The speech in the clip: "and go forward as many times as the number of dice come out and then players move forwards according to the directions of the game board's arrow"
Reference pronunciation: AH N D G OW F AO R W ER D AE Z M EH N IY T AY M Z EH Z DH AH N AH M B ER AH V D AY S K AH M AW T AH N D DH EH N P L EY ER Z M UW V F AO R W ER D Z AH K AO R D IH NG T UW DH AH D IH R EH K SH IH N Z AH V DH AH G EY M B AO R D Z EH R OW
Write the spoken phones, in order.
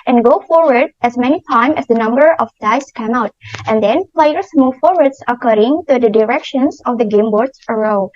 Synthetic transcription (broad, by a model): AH N G OW F AO R W ER D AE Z M EH N IY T AY M EH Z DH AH N AH M B ER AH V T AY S K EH M AW T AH N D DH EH N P L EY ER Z M UW V F AO R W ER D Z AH K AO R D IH NG T UW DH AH D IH R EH K SH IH N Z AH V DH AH G EY M B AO R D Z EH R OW